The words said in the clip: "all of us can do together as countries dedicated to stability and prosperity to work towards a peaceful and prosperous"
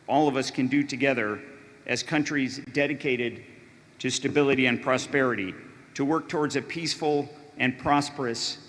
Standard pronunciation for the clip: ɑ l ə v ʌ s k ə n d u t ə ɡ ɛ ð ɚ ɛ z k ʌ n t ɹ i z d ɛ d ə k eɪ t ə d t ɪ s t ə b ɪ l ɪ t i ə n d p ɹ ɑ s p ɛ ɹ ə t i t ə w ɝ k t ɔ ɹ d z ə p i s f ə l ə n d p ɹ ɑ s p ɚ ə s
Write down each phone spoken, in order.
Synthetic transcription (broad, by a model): ɑ l ə v ʌ s k ə n d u t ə ɡ ɛ ð ɚ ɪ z k ʌ n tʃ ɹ i z d ɛ d ə k eɪ t ə d t ɪ s t ə b ɪ l ɪ t i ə n p ɹ ɑ s p ɛ ɹ ə t i t ə w ɝ k t ɔ ɹ d z ə p i s f l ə n p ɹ ɑ s p ɚ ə s